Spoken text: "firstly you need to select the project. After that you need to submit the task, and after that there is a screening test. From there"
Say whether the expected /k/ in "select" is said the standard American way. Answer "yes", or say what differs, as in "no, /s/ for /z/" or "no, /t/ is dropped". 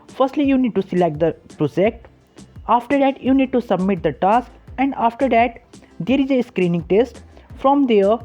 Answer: yes